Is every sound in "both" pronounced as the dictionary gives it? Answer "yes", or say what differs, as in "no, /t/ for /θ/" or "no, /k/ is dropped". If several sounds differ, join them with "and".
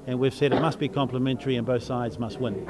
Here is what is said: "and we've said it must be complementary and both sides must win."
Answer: yes